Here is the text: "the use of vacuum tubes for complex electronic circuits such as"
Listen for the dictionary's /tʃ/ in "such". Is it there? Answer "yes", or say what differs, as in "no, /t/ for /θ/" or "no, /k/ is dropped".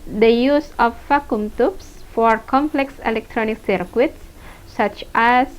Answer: yes